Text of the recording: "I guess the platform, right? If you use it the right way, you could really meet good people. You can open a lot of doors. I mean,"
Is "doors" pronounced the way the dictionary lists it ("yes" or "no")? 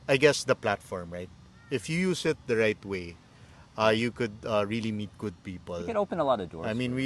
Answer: no